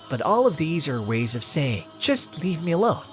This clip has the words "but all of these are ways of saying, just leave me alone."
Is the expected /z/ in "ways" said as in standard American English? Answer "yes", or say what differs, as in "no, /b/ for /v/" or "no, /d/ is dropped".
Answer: yes